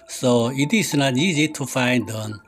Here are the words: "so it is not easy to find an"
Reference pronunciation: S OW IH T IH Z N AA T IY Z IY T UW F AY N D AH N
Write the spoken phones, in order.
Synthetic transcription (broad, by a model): S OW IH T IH S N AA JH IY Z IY T UW F AY N D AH N